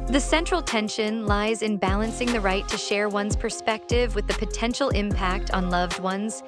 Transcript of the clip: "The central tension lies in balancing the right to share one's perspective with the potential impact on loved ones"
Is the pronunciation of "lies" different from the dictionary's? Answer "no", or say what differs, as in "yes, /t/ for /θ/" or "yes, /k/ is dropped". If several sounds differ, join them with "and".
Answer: no